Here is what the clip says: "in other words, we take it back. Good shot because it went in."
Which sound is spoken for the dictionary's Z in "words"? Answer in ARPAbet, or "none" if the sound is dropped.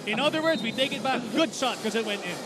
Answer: Z